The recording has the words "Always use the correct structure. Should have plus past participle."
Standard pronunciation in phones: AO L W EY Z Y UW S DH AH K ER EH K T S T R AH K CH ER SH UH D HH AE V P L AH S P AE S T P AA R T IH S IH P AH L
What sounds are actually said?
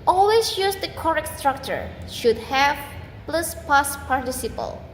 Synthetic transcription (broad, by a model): AO L W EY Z Y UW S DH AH K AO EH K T S T R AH K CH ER SH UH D HH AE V P L AH S P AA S P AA R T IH S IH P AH L